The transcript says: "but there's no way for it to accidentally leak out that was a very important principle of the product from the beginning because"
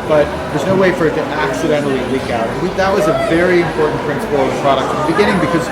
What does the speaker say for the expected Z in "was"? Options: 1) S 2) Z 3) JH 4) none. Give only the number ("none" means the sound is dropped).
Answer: 2